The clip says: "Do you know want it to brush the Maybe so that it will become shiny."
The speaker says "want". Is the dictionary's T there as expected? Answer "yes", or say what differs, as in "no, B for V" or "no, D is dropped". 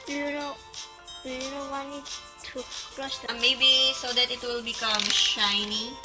no, T is dropped